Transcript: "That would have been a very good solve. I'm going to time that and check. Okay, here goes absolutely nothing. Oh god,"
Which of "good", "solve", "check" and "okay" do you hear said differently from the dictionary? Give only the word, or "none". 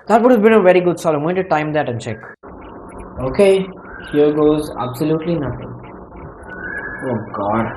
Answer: solve